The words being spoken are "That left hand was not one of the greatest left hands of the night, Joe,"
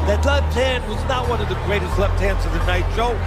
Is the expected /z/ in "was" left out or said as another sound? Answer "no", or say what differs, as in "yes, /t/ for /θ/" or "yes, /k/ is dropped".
no